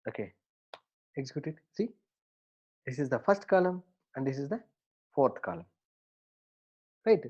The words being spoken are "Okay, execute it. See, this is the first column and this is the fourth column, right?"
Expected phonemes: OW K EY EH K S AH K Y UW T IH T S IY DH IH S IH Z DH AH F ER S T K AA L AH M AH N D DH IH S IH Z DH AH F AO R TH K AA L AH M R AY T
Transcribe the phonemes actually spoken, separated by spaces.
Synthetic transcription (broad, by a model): OW K EY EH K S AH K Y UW T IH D S IY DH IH S IH Z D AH F ER S T K AA L AH M AH N D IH S IH Z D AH F AO R T K AA L AH M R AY T